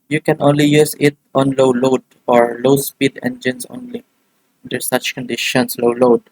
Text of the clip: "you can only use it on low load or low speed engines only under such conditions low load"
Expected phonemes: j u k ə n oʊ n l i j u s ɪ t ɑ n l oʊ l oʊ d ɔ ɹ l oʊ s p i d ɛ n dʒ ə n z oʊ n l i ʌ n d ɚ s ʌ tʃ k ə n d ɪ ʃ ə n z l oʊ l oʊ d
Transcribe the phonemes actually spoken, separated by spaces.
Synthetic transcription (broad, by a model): j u k ə n oʊ n l i j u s ɪ t ɑ n l oʊ l oʊ d ɔ ɹ l oʊ s p i d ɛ n dʒ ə n s oʊ n l i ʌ n d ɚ s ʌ tʃ k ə n d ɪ ʃ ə n s l oʊ l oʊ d